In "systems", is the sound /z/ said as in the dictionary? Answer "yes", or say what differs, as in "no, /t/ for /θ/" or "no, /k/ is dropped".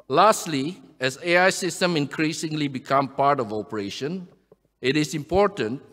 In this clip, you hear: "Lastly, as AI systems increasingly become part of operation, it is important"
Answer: no, /z/ is dropped